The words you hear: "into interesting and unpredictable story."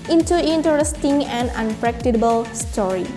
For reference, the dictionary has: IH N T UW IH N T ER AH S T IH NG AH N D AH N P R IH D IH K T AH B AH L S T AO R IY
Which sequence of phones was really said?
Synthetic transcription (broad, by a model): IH N T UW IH N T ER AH S T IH NG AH N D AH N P R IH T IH T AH B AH L S T AO R IY